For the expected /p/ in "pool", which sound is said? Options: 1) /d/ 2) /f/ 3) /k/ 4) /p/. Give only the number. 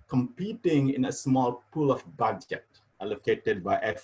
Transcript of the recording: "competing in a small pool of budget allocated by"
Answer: 4